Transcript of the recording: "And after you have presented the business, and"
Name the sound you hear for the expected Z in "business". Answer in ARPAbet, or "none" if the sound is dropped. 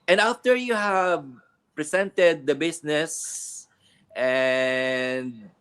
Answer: S